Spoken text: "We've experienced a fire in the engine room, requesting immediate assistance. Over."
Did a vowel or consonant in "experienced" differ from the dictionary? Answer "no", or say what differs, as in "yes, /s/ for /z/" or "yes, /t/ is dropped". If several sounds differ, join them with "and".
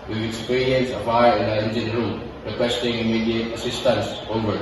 yes, /t/ is dropped